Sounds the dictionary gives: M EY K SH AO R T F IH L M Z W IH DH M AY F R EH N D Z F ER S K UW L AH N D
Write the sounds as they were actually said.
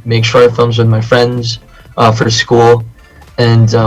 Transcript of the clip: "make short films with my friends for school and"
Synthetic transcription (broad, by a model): M EY K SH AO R F IH L M Z W IH DH M AY F R EH N D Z F ER S K UW L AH N